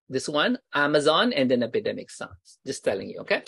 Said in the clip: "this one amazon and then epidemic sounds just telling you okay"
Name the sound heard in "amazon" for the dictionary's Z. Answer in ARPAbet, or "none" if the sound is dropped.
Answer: Z